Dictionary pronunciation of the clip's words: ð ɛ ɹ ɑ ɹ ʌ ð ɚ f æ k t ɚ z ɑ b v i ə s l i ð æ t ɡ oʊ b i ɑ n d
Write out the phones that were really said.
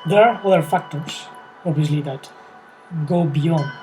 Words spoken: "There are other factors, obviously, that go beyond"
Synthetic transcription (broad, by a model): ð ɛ ɹ ɑ ɹ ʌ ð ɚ f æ k t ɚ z ɑ b v i ə s l i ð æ t ɡ oʊ b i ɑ n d